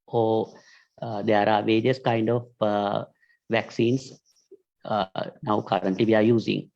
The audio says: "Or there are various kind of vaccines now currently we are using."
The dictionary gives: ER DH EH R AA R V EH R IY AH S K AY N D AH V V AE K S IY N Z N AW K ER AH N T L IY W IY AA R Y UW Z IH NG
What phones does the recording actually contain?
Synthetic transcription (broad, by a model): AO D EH R AA R V EH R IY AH S K AY N D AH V V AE K S IY N S N AW K ER AH N T L IY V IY AA R Y UW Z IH NG